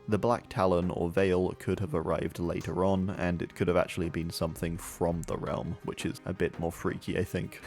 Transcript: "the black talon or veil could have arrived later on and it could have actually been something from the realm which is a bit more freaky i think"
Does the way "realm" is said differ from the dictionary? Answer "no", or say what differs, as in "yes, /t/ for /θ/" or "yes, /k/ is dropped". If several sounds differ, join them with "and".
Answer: no